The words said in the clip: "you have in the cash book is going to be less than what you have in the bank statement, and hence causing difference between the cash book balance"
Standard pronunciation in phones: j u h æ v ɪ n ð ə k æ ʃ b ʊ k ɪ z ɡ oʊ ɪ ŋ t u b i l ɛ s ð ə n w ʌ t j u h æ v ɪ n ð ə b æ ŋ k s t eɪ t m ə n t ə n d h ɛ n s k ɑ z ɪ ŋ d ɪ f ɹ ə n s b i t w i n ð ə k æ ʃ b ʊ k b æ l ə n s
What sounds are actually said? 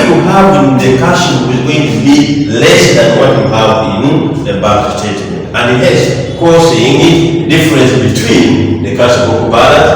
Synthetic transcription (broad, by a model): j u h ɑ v ɪ n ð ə k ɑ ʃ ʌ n ɪ z ɡ oʊ ɪ ŋ t u b i l ɛ s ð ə n w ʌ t j u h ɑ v ɪ n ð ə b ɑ k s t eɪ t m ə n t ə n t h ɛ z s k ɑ s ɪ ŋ d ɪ f ɹ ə n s b i t w i n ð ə k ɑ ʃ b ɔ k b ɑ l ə